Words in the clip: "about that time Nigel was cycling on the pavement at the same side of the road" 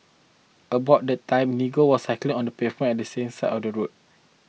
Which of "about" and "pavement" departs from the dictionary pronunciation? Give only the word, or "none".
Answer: pavement